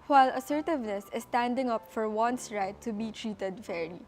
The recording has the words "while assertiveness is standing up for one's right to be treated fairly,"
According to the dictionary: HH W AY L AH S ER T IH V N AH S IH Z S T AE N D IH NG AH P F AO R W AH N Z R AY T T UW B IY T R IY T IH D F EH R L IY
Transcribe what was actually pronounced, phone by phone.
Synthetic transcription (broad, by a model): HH W AY L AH S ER T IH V N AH S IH S T AE N D IH NG AH P F AO R W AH N S R AY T T UW B IY T R IY T IH D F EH R L IY